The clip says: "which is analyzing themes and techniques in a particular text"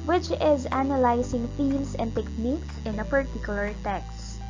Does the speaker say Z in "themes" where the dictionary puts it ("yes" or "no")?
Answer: no